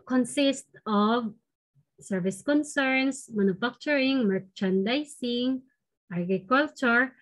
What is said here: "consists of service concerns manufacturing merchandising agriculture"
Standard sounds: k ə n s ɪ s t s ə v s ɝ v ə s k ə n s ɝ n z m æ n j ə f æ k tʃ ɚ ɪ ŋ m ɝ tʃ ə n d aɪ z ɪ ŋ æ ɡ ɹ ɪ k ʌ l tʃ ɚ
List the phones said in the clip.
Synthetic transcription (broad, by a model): k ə n s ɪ s t ə v s ɝ v ə s k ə n s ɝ n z m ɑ n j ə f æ k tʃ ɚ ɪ ŋ m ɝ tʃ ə n d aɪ s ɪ ŋ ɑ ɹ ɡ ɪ k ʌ l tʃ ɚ